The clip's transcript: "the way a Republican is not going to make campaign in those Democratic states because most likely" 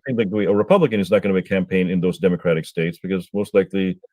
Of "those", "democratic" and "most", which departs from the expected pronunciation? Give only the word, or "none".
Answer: none